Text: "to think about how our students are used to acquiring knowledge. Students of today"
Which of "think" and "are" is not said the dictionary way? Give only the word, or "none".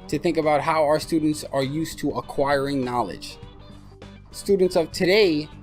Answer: none